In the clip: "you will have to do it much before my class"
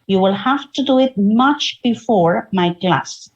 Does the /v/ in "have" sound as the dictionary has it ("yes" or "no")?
no